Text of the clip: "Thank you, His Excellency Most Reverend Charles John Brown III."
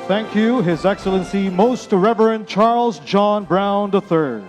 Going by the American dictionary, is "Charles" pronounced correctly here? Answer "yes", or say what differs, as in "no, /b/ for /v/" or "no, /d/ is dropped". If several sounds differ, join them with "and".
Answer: yes